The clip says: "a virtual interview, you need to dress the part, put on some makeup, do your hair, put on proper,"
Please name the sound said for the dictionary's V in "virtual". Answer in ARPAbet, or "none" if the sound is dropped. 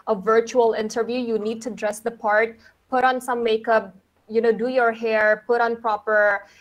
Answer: V